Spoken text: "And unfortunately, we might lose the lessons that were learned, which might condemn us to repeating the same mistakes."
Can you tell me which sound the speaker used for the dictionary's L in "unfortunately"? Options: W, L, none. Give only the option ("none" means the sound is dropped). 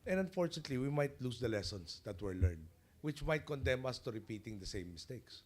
L